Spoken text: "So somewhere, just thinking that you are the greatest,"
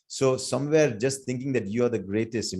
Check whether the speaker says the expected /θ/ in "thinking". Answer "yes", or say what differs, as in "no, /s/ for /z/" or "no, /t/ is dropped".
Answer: no, /t/ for /θ/